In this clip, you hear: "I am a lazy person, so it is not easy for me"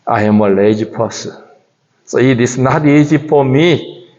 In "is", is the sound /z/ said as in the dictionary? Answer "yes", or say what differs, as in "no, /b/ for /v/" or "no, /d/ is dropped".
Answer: no, /s/ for /z/